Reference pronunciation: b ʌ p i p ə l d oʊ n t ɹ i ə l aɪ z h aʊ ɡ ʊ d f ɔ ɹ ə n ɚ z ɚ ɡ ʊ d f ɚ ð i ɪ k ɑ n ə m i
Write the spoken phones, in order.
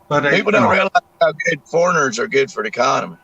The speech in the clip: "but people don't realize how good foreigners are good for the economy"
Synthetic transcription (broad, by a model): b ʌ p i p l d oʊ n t ɹ i ə l aɪ z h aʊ ɡ ʊ d f ɔ ɹ ə n ɚ z ɚ ɡ ʊ d f ɚ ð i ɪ k ɑ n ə m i